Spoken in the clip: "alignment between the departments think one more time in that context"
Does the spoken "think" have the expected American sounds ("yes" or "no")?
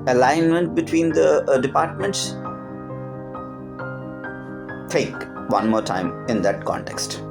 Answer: no